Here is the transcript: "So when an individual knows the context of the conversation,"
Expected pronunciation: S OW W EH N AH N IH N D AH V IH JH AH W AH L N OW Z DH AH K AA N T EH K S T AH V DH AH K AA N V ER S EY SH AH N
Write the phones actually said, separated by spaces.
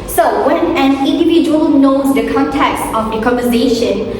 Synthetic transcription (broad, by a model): S OW W EH N AH N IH N D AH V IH JH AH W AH L N OW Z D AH K AA N T EH K S T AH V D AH K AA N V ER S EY SH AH N